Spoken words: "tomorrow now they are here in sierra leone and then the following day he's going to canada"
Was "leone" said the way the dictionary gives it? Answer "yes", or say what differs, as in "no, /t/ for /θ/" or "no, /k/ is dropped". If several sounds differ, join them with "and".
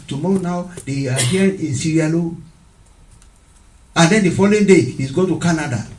no, /n/ is dropped